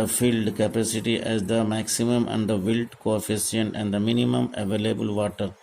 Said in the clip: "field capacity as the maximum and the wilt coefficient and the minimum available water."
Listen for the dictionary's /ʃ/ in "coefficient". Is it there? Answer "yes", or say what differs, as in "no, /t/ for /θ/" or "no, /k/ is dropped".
no, /s/ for /ʃ/